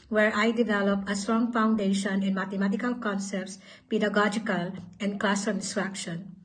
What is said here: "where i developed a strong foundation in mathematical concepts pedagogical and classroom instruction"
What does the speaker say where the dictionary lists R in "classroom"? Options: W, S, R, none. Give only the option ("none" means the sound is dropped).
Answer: none